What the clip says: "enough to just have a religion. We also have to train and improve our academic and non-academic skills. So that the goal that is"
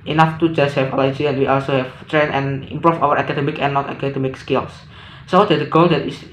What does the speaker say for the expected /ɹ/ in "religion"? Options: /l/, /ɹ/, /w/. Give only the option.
/l/